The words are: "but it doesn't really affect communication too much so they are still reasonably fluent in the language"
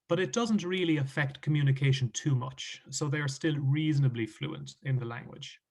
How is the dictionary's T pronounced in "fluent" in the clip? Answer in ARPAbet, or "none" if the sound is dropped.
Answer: T